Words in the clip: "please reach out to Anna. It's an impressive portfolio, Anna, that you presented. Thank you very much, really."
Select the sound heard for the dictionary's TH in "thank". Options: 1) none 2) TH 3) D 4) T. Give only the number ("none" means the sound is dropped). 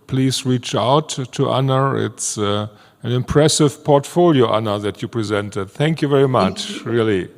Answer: 2